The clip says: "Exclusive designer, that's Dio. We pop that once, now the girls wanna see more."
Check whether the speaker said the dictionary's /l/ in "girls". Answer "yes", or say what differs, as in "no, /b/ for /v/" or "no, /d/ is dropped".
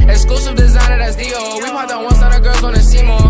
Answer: no, /l/ is dropped